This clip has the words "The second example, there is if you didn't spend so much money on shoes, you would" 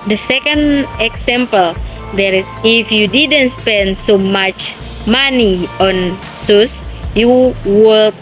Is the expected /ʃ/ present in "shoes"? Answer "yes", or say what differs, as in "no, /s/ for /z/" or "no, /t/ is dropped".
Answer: no, /s/ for /ʃ/